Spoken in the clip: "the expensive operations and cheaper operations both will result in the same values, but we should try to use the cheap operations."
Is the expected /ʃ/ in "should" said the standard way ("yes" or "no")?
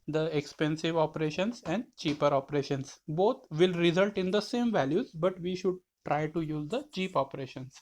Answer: yes